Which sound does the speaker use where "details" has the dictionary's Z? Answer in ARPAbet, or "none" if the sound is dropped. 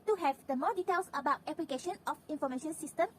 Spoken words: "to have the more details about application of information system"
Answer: S